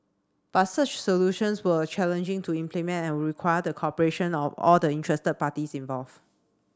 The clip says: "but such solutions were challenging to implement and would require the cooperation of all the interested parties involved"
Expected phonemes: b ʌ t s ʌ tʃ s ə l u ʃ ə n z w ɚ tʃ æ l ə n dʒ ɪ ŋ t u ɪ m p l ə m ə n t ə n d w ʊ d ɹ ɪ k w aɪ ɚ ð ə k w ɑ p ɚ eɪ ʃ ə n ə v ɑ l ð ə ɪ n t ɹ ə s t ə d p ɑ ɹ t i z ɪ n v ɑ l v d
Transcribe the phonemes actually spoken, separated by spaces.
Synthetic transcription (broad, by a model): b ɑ t s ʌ tʃ s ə l u ʃ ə n s w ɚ tʃ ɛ l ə n dʒ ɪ ŋ t u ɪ m p l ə m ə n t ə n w ɹ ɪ k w aɪ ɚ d ə k ɑ p ɚ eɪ ʃ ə n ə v ɑ l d ə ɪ n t ɹ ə s t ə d p ɑ t i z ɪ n v ɑ l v